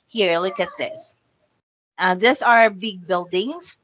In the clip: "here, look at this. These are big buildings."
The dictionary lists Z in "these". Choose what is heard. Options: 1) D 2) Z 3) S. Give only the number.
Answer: 3